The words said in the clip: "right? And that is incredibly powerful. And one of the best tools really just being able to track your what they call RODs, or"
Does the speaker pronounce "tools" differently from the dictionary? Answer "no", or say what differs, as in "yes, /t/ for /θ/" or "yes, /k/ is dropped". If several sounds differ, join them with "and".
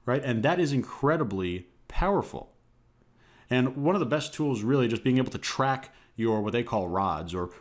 no